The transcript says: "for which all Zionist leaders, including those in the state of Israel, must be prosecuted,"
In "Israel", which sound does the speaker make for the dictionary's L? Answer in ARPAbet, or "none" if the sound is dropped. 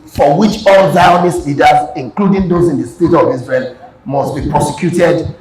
N